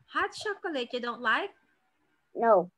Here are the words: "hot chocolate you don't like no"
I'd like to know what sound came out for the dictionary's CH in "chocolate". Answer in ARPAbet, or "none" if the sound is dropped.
SH